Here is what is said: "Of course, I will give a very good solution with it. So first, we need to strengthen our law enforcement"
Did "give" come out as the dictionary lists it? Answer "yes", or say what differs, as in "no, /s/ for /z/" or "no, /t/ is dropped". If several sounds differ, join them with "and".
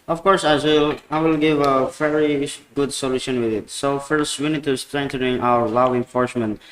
yes